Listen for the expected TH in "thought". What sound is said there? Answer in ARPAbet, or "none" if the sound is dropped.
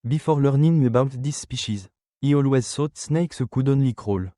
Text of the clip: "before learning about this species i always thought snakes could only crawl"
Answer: S